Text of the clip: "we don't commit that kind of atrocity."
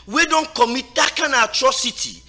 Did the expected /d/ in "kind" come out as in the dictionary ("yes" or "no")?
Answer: no